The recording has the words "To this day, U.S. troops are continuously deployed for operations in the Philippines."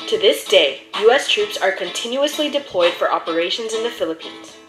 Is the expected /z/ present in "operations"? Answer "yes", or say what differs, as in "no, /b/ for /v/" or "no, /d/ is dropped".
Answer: yes